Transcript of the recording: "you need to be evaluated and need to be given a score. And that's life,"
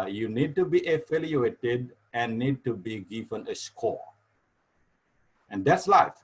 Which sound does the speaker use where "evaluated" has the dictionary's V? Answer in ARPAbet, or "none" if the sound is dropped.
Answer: F